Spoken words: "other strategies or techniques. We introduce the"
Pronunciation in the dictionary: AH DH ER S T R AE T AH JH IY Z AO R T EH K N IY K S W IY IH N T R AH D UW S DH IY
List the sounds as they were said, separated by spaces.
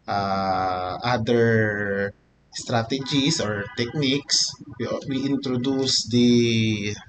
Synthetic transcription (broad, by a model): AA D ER S T R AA T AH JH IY S AO R T EH K N IY K S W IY IH N T R AH D UW S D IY